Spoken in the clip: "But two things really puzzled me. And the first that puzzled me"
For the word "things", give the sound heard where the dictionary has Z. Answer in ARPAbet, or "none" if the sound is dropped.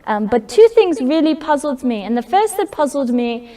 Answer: Z